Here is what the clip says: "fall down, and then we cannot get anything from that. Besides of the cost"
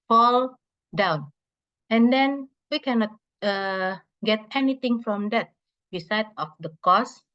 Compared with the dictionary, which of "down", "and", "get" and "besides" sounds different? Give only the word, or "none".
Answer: besides